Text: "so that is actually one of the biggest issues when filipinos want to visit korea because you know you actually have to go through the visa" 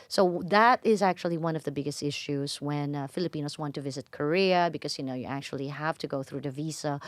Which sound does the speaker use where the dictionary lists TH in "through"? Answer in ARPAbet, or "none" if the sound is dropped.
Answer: TH